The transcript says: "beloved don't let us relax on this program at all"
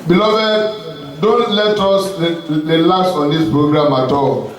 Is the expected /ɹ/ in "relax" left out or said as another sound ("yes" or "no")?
yes